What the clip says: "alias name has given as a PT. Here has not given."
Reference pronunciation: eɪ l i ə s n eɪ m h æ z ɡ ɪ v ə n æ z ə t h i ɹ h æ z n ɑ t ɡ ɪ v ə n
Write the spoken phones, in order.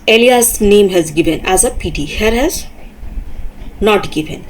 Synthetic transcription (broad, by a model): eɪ l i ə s n eɪ m h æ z ɡ ɪ v ə n æ z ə t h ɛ ɹ h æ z n ɑ t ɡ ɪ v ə n